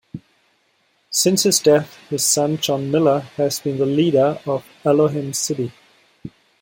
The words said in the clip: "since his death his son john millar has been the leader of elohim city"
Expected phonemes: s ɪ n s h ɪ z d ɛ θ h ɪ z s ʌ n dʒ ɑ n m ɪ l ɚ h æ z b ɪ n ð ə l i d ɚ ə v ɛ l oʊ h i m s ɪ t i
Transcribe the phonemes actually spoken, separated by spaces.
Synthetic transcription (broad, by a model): s ɪ n s h ɪ z d ɛ θ h ɪ z s ʌ n dʒ ɑ n m ɪ l ɚ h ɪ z b ɪ n ð ə l i d ɚ ə v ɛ l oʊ h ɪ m s ɪ t i